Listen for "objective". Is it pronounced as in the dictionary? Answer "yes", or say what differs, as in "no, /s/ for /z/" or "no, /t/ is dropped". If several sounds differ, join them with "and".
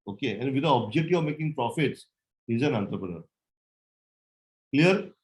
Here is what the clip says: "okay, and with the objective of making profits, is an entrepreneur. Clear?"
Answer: no, /v/ is dropped